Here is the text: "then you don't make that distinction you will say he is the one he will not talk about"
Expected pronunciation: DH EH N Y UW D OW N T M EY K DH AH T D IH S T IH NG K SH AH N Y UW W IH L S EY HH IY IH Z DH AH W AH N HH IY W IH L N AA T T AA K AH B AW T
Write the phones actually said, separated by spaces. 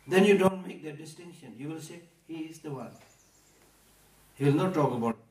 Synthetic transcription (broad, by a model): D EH N Y UW D OW N T M EY K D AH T D IH S T IH NG K SH AH N Y UW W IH L S EY HH IY IH Z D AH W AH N HH IY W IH L N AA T T AA K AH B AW